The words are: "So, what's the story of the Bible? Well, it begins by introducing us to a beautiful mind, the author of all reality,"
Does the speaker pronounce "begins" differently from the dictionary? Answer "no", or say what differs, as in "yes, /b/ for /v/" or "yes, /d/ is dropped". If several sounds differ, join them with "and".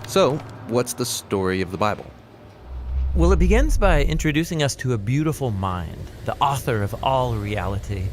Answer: no